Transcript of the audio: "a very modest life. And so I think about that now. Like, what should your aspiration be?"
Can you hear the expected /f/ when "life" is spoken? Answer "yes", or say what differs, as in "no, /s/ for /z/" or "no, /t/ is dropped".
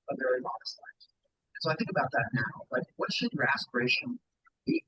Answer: no, /f/ is dropped